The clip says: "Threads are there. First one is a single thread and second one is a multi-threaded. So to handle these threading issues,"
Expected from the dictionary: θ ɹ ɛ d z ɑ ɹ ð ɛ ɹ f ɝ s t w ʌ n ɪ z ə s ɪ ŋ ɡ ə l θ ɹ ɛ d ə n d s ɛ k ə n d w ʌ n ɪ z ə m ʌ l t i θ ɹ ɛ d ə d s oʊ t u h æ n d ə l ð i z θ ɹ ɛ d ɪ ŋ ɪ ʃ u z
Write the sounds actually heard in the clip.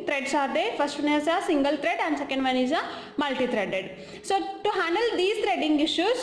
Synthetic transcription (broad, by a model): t ɹ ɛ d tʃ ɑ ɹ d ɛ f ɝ s t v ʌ n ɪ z ə s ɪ ŋ ɡ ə l t ɹ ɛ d ə n d s ɛ k ə n d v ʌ n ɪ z ə m ʌ l t i t ɹ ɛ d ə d s oʊ t u h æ n d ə l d i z t ɹ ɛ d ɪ ŋ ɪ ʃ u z